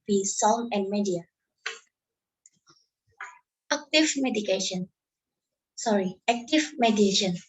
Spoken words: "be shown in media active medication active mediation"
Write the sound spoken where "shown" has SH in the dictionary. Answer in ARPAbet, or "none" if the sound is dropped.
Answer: S